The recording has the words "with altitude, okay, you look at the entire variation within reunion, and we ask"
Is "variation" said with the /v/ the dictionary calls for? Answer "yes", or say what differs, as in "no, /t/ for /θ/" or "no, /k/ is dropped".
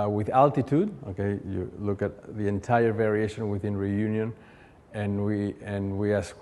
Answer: yes